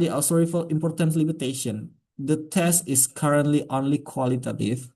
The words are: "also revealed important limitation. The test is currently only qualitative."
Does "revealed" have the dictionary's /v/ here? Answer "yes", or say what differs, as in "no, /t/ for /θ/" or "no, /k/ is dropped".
no, /f/ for /v/